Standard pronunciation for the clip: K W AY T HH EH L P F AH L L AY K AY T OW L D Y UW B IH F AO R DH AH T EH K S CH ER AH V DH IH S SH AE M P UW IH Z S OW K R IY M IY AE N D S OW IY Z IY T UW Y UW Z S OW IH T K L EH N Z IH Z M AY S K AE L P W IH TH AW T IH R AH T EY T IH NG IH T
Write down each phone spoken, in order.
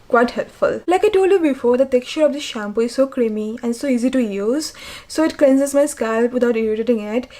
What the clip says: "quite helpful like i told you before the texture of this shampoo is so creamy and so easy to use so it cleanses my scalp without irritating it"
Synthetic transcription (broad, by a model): K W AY T HH EH L P F AH L L AY K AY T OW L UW B IH F AO R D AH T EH K CH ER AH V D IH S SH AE M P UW IH Z S OW K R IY M IY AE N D S OW IY Z IY T UW Y UW Z S OW IH T K L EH N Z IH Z M AY S K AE L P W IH T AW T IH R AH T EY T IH NG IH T